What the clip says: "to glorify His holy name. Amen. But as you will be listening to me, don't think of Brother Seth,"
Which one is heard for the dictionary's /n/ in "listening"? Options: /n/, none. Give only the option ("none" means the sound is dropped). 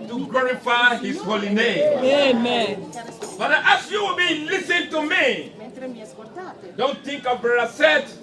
none